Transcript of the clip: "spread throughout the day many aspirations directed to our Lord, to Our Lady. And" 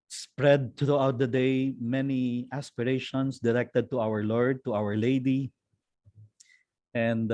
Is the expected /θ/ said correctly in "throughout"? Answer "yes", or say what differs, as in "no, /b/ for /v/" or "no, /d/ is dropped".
no, /t/ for /θ/